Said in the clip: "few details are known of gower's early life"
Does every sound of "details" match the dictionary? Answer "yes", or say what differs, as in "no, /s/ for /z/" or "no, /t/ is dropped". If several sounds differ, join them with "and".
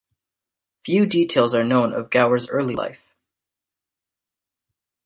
yes